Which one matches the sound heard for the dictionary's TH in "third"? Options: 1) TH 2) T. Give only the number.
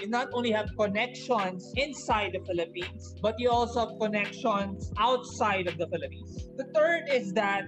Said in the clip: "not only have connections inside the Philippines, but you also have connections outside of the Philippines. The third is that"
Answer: 2